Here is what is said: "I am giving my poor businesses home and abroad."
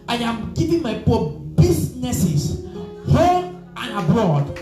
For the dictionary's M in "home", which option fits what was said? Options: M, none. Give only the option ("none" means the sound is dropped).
none